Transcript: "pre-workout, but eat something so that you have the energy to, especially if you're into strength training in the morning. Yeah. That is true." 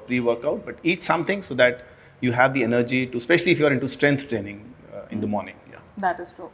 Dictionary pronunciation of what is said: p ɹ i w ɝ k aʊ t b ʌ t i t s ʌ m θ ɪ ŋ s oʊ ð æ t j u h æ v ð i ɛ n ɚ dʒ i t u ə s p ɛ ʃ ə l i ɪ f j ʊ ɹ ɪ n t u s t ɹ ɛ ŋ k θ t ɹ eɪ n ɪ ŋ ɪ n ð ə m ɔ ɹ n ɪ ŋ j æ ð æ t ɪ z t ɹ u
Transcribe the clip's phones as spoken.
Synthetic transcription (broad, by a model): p ɹ i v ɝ k aʊ t b ʌ t i t s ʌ m t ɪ ŋ s oʊ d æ t j u h æ v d i ɛ n ɚ dʒ i t u s p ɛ ʃ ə l i ɪ f j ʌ ɹ ɪ n t u s t ɹ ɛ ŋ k t t ɹ eɪ n ɪ ŋ ɪ n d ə m ɔ ɹ n ɪ ŋ j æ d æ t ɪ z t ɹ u